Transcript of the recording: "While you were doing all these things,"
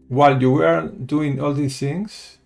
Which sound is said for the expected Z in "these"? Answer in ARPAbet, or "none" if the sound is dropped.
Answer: S